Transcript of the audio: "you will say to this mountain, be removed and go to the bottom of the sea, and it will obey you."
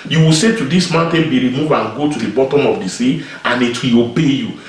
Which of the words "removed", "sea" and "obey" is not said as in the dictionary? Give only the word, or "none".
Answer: removed